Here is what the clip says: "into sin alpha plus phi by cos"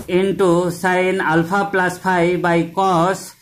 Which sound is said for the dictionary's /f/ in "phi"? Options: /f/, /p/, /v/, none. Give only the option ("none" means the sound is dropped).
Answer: /p/